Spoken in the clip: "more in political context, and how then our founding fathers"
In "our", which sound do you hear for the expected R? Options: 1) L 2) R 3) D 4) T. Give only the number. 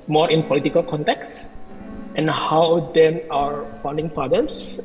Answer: 2